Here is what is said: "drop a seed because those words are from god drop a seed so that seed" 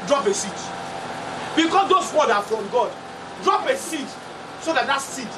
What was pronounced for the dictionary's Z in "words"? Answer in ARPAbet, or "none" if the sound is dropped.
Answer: none